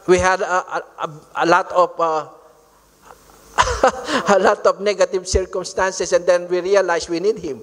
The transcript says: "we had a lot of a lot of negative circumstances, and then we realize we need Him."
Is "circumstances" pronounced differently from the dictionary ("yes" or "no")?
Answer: yes